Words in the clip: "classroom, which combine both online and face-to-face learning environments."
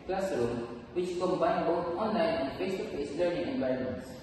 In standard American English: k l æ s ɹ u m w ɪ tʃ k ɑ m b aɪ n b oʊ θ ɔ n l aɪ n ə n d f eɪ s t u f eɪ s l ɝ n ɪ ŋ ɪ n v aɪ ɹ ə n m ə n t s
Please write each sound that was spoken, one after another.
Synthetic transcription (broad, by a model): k l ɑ s ɹ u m w ɪ tʃ k ɑ m b aɪ n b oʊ t ɔ n l aɪ n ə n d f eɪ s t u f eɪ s l ɝ n ɪ ŋ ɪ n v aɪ ɹ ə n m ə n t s